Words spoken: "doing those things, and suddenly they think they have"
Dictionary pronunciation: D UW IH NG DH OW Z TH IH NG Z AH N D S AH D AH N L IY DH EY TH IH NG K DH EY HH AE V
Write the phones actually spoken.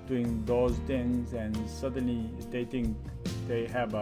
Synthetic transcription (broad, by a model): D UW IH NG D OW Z T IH NG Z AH N S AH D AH N L IY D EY T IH NG K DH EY HH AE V